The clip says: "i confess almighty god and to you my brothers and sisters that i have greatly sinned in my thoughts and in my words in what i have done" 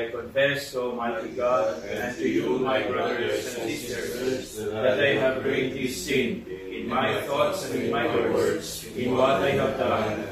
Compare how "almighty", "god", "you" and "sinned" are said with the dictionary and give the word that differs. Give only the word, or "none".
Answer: sinned